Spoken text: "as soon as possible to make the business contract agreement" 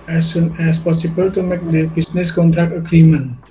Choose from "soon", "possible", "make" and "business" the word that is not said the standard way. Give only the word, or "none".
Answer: business